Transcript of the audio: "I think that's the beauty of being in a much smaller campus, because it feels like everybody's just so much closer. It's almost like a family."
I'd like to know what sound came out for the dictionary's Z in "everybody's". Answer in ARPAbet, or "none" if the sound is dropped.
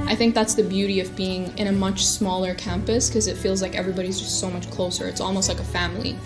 Z